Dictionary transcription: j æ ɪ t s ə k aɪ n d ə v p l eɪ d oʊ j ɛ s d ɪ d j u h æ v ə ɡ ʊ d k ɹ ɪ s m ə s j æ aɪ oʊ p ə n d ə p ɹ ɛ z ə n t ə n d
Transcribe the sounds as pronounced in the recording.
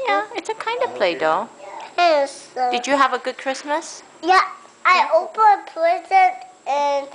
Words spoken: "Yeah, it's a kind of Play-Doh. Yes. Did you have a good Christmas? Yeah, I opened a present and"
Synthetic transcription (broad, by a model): j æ ɪ t s ə k aɪ n d ə v p l eɪ d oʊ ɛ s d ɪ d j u h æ v ə ɡ ʊ d k ɹ ɪ s m ə s j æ aɪ oʊ ə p ə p l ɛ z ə t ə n